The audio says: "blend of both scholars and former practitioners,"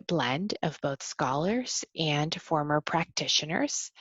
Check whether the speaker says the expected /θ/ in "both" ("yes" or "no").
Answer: yes